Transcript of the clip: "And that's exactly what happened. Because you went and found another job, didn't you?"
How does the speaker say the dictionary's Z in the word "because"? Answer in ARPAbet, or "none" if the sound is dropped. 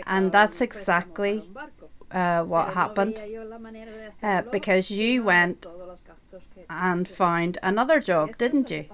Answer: Z